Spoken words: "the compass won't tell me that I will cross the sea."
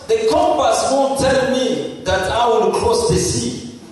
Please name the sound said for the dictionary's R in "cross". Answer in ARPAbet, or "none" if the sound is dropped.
L